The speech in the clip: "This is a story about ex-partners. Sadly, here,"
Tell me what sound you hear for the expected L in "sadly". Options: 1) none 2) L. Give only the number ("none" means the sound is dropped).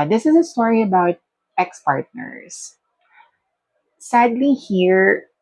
2